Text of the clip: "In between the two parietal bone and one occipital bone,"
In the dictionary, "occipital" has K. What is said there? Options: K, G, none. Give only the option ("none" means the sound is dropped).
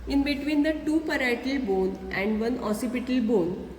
none